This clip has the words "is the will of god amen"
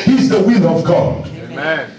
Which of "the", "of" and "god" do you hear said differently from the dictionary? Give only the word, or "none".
none